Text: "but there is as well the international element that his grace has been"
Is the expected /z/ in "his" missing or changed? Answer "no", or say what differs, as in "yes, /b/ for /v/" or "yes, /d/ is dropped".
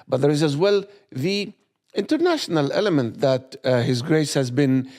no